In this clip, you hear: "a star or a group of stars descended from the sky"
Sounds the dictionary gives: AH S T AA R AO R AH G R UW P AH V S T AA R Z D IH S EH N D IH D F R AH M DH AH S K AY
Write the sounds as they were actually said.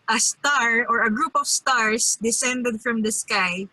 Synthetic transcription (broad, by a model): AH S T AA R AO R AH G R UW P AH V S T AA R S D IH S EH N D IH D F R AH M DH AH S K AY